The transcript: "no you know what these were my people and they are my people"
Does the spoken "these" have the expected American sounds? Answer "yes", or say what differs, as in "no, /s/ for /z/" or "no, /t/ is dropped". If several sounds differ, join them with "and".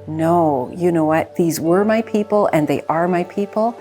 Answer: yes